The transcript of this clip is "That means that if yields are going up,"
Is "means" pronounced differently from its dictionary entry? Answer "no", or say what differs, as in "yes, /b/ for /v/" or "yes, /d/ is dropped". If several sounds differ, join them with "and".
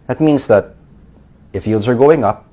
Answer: no